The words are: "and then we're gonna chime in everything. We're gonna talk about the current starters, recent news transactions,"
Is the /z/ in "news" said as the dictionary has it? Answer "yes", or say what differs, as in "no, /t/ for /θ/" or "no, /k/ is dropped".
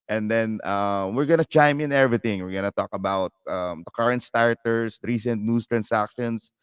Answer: no, /s/ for /z/